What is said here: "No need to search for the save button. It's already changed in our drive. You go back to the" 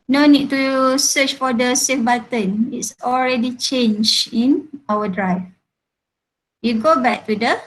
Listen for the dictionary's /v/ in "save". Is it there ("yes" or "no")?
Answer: no